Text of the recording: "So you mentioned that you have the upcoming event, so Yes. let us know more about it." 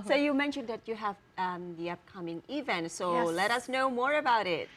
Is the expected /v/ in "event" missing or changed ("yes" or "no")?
no